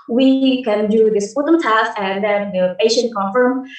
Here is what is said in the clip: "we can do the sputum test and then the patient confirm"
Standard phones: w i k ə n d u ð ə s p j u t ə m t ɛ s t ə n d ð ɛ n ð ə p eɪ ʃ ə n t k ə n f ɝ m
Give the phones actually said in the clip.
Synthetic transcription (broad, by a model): w i k ə n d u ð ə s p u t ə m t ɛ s ə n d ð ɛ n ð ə p eɪ ʃ ə n t k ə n f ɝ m